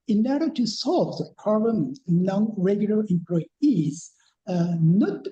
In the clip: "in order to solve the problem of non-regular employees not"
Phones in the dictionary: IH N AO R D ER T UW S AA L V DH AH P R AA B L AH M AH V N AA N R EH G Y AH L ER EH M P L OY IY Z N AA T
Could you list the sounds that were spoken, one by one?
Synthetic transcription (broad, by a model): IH N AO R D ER T UW S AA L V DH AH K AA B AH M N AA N R EH G Y AH L ER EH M P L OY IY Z N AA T